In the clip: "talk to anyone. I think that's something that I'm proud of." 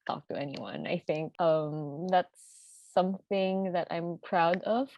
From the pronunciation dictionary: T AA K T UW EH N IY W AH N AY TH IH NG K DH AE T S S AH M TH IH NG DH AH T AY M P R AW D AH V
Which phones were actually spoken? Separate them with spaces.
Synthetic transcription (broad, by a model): T AA K T UW EH N IY W AH N AY TH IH NG K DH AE T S S AH M TH IH NG DH AH T AY M P R AW D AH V